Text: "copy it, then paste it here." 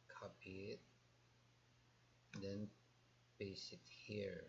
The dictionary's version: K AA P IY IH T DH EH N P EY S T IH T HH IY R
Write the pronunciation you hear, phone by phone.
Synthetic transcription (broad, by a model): K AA P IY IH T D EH N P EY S IH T HH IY R